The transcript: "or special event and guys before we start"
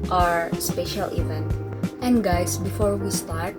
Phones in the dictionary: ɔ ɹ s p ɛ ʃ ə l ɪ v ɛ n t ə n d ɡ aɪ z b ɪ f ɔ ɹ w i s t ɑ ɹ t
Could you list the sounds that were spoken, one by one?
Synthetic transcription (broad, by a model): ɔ ɹ s p ɛ ʃ ə l ɪ v ɛ n t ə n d ɡ aɪ s b ɪ f ɔ ɹ w i s t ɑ ɹ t